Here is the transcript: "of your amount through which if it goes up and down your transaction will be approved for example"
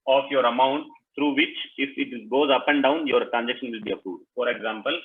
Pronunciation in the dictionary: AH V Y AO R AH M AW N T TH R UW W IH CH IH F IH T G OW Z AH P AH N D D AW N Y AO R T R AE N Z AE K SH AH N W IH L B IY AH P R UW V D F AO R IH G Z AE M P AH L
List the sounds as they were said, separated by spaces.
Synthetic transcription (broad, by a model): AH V Y AO R AH M AW N T T R UW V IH CH IH F IH T G OW Z AH P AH N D D AW N Y AO R T R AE N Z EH K SH AH N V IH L B IY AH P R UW D F AO R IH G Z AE M P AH L